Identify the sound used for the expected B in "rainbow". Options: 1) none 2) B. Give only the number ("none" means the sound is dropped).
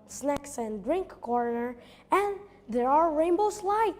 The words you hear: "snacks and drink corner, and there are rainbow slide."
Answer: 2